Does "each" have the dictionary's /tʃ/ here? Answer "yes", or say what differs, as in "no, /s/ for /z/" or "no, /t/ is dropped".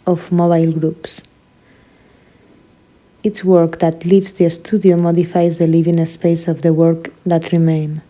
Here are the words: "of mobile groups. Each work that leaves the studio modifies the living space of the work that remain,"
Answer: no, /s/ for /tʃ/